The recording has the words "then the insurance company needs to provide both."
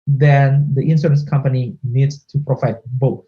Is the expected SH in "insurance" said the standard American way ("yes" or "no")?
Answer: no